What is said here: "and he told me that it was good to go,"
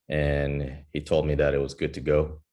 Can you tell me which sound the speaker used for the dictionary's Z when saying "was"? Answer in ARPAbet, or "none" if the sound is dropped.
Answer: Z